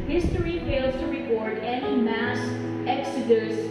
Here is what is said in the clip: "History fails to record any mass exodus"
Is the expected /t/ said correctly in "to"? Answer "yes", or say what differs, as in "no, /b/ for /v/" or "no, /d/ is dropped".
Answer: yes